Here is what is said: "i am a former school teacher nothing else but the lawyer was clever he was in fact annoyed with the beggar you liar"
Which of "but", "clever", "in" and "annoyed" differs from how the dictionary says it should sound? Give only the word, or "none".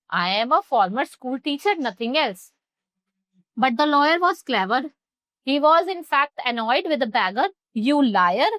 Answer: none